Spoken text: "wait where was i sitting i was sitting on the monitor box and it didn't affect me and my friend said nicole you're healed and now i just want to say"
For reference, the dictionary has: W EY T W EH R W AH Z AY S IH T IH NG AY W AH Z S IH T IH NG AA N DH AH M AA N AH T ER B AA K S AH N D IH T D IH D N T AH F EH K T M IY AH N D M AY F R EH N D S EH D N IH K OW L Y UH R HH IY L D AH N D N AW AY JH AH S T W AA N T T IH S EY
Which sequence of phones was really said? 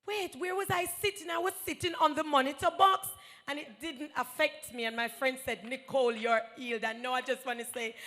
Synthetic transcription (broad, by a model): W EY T W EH R W AH Z AY S IH T IH NG AY W AH Z S IH T IH NG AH N DH AH M AA N AH T ER B AA K S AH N IH T D IH D N T AH F EH K T M IY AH N M AY F R EH N D S EH D N IH K OW L Y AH R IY L D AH N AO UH AY JH AH S T W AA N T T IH S EY